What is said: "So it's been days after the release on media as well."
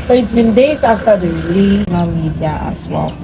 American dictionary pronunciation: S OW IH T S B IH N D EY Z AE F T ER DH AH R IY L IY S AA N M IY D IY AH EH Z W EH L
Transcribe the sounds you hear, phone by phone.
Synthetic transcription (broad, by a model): S OW IH T S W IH N D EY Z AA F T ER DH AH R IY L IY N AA L M IY D IY AH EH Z W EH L